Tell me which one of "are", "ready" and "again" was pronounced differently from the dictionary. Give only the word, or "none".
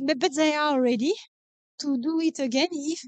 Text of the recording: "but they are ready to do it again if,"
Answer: are